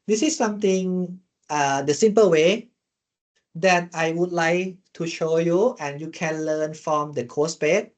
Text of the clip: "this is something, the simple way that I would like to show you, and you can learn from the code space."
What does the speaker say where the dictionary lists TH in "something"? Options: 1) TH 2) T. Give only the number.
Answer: 2